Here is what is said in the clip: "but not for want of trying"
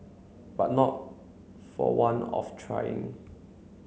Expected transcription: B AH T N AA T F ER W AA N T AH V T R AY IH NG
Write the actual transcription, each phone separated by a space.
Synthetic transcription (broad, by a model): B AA T N AA T F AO W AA N AH F T R AY IH NG